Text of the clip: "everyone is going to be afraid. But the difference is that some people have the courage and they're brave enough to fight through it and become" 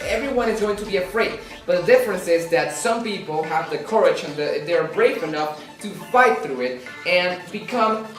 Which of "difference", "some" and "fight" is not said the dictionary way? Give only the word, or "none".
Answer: none